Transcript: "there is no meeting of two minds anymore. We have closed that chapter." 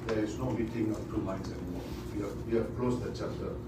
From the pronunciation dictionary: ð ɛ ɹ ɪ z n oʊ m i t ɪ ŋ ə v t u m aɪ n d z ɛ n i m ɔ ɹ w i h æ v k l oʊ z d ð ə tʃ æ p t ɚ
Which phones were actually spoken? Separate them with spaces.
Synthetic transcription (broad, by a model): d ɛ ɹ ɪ s n oʊ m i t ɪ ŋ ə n t u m aɪ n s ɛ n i m ɔ w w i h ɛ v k l oʊ s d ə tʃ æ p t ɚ